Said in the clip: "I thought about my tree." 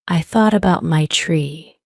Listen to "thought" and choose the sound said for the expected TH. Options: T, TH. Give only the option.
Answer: TH